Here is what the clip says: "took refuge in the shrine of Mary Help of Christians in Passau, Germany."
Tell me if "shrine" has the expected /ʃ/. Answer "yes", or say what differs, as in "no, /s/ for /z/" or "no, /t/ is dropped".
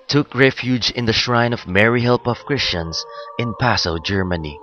yes